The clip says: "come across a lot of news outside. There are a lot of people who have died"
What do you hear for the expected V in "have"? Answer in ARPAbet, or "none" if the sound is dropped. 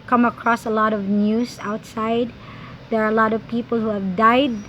V